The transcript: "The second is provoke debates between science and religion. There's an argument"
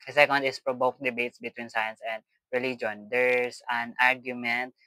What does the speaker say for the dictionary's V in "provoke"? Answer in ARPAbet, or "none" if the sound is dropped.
B